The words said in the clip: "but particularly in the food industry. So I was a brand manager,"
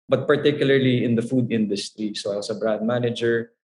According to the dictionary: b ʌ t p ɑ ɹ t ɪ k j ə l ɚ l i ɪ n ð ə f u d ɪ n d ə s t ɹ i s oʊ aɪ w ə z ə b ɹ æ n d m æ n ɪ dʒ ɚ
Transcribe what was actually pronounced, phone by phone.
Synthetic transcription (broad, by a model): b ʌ t p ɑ ɹ t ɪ k j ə l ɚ l i ɪ n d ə f u d ɪ n d ə s t ɹ i s oʊ aɪ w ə s ə b ɹ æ n d m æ n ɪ dʒ ɚ